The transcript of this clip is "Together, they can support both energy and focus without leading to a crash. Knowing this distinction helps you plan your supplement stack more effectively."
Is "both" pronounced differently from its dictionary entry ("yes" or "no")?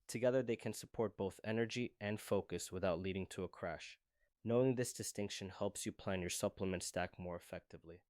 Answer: no